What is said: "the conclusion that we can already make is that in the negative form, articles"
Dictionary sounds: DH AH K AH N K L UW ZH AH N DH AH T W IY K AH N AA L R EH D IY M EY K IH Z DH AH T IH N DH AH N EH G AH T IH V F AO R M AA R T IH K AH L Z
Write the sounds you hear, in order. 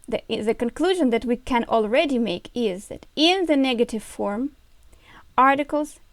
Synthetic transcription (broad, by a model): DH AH K AH N K L UW ZH AH N DH AH T W IY K AH N AA L R EH D IY M EY K IH Z DH AH T IH N DH AH N EH G AH T IH V F AO R M AA R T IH K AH L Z